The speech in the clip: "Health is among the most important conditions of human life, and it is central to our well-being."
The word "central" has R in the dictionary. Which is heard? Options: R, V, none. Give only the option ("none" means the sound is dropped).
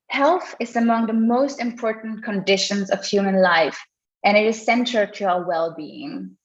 none